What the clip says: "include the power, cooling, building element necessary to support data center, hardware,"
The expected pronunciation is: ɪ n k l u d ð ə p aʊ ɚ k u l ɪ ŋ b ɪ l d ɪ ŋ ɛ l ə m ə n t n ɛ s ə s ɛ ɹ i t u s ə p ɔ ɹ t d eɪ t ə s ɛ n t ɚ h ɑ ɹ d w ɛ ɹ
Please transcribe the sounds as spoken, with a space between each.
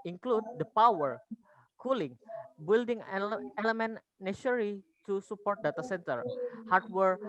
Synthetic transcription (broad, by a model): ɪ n k l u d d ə p aʊ ɚ k u l ɪ ŋ b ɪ l d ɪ ŋ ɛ l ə m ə n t n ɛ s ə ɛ ɹ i t u s ə p ɔ ɹ t d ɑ t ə s ɛ n t ɚ h ɑ ɹ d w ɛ ɹ